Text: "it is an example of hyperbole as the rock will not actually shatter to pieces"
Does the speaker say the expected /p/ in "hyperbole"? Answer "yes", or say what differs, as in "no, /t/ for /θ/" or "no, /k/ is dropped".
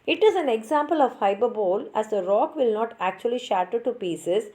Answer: no, /b/ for /p/